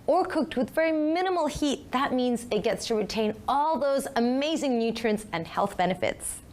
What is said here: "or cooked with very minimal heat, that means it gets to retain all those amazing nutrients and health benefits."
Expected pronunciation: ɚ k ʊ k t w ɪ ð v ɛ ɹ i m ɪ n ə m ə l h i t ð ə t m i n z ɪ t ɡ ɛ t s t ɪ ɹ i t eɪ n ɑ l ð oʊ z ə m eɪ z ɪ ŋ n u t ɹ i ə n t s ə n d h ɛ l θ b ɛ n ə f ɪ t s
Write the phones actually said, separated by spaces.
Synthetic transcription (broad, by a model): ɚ k ʊ k t w ɪ ð v ɛ ɹ i m ɪ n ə m l h i t ð ə t m i n z ɪ t ɡ ɛ t s t ɪ ɹ i t eɪ n ɑ l ð oʊ z ə m eɪ z ɪ ŋ n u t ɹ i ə n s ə n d h ɛ l θ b ɛ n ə f ɪ t s